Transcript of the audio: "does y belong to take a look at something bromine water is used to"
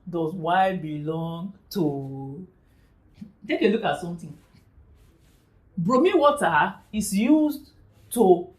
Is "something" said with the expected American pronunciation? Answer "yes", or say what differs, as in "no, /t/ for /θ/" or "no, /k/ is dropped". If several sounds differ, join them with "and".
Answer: no, /t/ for /θ/